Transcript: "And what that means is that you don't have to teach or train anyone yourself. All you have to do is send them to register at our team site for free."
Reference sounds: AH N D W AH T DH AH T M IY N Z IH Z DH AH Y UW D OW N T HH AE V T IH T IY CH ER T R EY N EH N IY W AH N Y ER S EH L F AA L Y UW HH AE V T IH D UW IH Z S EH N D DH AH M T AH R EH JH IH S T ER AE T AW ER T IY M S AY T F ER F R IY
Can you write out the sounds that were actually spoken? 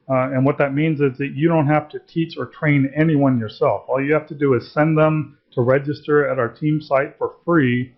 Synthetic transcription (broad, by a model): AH N W AH T DH AH T M IY N Z IH Z DH AH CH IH D OW N T HH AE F T IH T IY CH ER T R EY N EH N IY W AH N Y ER S EH L F AA L Y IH HH AE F T IH D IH IH Z S EH N DH AH M T AH R EH JH IH S T ER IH T AW ER T IY M S AY T F ER F R IY